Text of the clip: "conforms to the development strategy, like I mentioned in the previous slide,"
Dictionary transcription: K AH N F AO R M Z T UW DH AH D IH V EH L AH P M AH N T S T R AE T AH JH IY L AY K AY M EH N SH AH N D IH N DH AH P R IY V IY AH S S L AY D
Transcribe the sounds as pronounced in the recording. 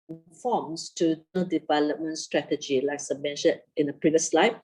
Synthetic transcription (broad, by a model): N F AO M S T UW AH D IH V EH L AH P M AH N T S T R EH T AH JH IY L AY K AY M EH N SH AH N IH N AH P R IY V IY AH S S L AY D